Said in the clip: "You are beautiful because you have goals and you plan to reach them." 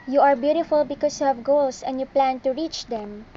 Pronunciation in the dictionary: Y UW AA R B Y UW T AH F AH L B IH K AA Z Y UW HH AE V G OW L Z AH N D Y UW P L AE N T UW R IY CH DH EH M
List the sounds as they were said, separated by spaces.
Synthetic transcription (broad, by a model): Y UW AA R B Y UW T AH F AH L B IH K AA S Y UW HH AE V G OW L S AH N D Y UW P L AE N T UW R IY CH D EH M